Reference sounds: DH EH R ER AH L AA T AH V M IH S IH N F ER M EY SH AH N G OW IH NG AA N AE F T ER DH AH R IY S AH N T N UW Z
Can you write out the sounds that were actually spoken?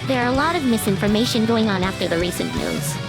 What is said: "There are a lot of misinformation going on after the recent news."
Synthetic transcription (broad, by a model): DH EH R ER AH L AA T AH V M IH S IH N F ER M EY SH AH N G OW IH NG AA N AE F T ER DH AH R IY S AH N N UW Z